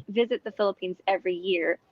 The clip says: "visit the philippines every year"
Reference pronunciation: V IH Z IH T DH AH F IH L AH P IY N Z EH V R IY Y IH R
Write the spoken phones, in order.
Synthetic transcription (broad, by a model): V IH Z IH T DH AH F IH L AH P IY N Z EH V R IY Y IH R